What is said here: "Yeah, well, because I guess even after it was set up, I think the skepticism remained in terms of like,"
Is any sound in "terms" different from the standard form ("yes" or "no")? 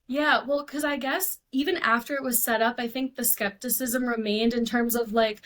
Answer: no